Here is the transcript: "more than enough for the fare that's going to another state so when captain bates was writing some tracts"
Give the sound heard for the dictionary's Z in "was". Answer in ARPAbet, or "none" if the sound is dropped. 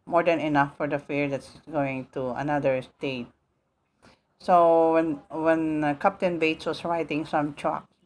S